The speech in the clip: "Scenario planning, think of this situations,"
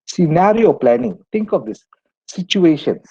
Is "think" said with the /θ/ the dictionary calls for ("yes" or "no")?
no